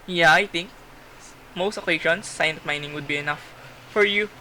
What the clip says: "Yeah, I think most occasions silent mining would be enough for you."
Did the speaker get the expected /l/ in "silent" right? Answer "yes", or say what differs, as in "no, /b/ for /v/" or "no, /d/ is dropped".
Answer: no, /n/ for /l/